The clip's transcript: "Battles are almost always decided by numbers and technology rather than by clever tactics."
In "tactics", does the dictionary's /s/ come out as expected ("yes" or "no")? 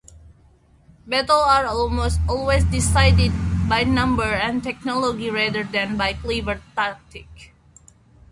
no